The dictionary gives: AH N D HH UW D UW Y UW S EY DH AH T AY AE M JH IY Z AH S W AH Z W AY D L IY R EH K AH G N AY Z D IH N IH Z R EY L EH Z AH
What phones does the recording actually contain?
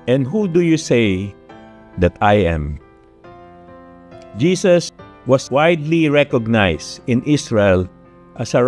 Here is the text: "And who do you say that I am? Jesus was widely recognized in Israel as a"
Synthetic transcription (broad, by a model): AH N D HH UW D UW Y UW S EY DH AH T AY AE M JH IY S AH S W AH S W AY D L IY R EH K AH G N AY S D IH N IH S R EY L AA S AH